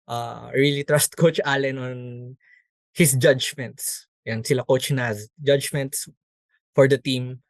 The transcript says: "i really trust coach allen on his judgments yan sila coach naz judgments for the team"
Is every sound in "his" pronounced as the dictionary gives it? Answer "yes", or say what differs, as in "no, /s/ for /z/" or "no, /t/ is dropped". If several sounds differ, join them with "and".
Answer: no, /s/ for /z/